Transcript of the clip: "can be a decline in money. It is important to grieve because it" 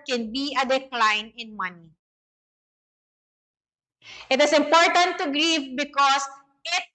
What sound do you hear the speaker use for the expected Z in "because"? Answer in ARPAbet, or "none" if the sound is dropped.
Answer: S